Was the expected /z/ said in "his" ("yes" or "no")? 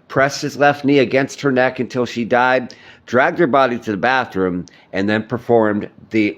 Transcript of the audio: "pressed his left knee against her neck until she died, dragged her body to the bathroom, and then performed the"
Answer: yes